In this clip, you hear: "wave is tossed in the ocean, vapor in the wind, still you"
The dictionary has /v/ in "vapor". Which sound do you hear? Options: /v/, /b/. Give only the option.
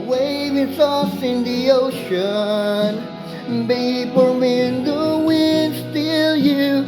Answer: /b/